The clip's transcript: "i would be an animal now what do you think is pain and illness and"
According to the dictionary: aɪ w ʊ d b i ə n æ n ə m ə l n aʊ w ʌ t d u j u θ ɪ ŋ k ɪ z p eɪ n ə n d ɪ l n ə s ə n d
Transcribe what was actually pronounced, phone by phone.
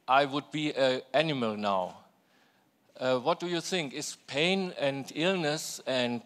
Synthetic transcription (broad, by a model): aɪ w ʊ d b i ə æ n ə m ə l n aʊ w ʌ t d u j u θ ɪ ŋ k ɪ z p eɪ n ə n d ɪ l n ə s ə n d